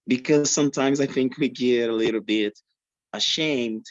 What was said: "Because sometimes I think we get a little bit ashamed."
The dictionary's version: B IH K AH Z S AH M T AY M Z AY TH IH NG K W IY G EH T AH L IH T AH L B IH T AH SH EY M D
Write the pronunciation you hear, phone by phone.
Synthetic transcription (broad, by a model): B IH K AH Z S AH M T AY M Z AY TH IH NG K W IY G EH T AH L IH T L B IH T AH SH EY M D